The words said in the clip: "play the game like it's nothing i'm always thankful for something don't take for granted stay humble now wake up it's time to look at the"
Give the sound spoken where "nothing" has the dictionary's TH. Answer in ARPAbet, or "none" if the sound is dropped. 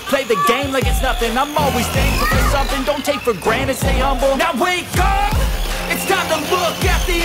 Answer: F